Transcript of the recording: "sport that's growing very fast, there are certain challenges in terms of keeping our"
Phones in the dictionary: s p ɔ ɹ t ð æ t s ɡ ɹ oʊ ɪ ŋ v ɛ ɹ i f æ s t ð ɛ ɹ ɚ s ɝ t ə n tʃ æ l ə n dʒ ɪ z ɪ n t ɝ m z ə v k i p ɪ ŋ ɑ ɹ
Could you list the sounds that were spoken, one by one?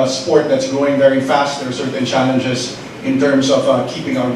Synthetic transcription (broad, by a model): s p ɔ ɹ t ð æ t s ɡ ɹ oʊ ɪ ŋ v ɛ ɹ i f æ s t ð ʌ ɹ s ɝ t n tʃ æ l ə n dʒ ɪ z ɪ n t ɝ m z ə v k i p ɪ ŋ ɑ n